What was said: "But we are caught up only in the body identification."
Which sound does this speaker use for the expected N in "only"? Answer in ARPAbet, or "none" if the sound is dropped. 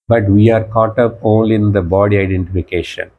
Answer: none